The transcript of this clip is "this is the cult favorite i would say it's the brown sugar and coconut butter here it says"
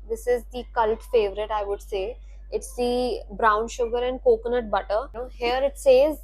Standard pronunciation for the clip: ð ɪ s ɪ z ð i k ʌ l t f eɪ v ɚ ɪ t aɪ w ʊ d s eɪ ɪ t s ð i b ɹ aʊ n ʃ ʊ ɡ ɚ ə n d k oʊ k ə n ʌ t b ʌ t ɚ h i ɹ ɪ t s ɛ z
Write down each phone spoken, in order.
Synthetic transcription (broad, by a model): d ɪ s ɪ z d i k ʌ l t f eɪ v ɚ ɪ t aɪ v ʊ d s eɪ ɪ t s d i b ɹ aʊ n ʃ ʊ ɡ ɚ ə n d k oʊ k ə n ʌ t b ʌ t ɚ h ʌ ɹ ɪ t s ɛ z